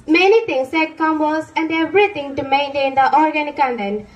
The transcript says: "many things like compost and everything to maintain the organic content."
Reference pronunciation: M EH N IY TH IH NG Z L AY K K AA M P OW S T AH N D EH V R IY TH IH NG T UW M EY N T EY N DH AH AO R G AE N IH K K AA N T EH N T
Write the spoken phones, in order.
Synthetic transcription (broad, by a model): M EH N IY T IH NG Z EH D K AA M B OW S AH N D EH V R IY T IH NG T UW M EY N T EY N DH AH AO R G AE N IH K K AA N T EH N